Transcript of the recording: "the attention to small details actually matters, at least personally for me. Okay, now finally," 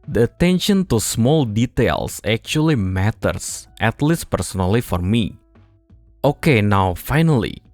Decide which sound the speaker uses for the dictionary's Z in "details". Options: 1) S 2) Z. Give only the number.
1